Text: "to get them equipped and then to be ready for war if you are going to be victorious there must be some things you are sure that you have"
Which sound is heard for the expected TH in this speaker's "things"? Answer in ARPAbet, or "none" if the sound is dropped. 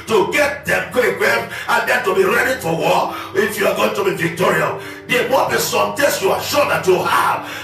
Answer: T